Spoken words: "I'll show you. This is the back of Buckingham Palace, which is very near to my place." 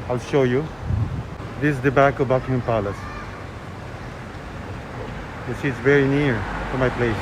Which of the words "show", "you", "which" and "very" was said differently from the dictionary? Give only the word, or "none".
which